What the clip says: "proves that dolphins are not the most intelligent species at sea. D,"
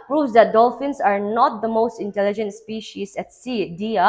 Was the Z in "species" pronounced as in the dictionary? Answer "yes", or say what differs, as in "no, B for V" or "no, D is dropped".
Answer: no, S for Z